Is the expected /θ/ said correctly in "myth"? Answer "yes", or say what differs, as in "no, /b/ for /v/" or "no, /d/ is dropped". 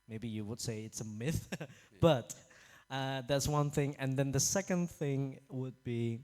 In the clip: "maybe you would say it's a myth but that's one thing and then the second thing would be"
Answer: yes